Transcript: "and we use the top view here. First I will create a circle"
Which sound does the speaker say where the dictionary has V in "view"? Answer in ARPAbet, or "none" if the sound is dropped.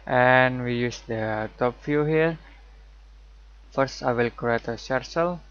F